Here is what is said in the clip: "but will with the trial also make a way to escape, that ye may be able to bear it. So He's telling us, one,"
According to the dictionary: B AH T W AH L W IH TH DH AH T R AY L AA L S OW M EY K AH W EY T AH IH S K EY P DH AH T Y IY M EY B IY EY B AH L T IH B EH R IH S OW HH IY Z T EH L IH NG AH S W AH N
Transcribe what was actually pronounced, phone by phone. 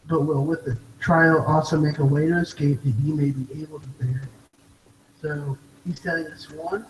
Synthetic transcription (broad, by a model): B AH T W AH L W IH DH AH T R AY L AA L S OW M EY K AH W EY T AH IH S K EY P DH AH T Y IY M EY B IY EY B L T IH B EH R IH S OW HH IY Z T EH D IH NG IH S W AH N